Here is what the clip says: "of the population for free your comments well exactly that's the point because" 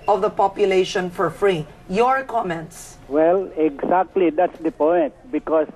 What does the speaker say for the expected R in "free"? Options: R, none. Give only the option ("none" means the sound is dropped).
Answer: R